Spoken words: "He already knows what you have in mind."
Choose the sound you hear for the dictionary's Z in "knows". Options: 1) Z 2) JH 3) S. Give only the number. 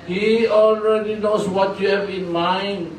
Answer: 3